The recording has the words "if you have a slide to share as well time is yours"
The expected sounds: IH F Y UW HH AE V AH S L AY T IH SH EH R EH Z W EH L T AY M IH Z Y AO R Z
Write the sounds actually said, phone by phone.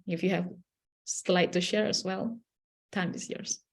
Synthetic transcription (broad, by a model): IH F Y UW HH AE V S L AY T IH SH EH R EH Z W EH L T AY M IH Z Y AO R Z